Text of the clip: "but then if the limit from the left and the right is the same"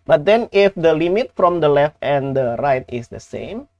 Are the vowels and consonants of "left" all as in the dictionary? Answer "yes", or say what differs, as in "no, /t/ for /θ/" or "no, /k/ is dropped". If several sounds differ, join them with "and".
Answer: yes